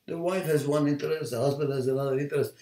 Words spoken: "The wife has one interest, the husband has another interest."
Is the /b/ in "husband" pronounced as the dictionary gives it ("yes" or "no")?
yes